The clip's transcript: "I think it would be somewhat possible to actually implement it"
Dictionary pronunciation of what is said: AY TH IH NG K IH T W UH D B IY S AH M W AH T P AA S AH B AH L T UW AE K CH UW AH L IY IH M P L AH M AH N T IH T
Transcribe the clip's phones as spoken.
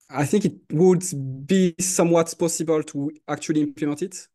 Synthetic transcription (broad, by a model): AY TH IH NG K IH T W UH D B IY S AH M W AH T P AA S AH B AH L T UW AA K CH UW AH L IY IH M P L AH M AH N T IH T